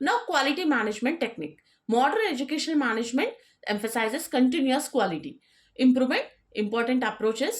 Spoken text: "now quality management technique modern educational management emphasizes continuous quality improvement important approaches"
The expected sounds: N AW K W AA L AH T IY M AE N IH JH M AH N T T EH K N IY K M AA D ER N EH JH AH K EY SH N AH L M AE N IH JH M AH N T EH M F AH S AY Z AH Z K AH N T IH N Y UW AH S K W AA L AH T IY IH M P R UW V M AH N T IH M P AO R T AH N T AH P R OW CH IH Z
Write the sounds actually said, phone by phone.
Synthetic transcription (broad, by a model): N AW K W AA L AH T IY M AE N IH JH M AH N T T EH K N IY K M AA D ER N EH JH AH K EY SH AH N M AE N IH JH M AH N T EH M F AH S AY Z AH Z K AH N T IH N Y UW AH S K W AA L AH T IY IH M P R UW V M AH N T IH M P AO R T AH N T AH P R OW CH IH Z